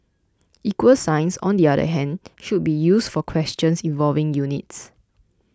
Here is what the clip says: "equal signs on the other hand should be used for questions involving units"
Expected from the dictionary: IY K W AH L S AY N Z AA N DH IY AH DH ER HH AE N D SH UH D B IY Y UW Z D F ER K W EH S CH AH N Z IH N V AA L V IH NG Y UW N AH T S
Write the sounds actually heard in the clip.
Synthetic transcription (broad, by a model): IY K W AH L S AY N S AA N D IY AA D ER HH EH N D SH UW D B IY Y UW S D F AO K W EH S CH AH N S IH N V AA L V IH NG Y UW N AH T S